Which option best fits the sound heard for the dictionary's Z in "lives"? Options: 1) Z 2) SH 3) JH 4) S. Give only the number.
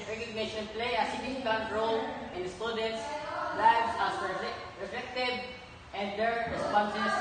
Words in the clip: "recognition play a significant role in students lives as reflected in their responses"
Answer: 4